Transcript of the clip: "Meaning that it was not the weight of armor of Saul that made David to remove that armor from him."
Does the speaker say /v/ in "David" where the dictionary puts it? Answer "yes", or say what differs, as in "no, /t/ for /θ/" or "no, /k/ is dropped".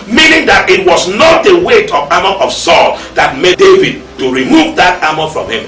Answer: yes